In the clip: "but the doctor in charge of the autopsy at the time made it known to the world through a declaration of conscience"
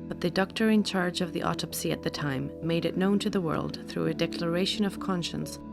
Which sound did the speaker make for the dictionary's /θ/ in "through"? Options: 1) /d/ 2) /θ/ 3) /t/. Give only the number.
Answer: 2